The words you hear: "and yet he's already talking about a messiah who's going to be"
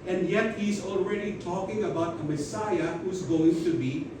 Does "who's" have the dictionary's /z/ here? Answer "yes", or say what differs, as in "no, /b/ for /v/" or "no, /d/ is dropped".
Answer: yes